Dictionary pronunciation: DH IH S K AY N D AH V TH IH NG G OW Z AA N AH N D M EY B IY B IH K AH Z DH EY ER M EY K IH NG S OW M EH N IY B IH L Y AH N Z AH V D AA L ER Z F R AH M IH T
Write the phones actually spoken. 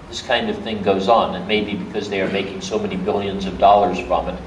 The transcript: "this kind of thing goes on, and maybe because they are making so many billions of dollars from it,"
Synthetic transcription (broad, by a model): DH IH S K AY N D AH V TH IH NG G OW Z N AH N M EY B IY B IH K AH Z DH EY ER M EY K IH NG S OW M EH N IY B IH L Y AH N Z AH V D AA L ER Z F R AH M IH T